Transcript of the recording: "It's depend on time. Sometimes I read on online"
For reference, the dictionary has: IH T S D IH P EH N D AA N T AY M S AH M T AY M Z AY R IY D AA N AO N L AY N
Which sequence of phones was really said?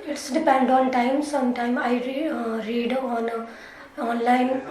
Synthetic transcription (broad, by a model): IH T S D IH P EH N D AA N T AY M S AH M T AY M AY R IY D AA N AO N L AY N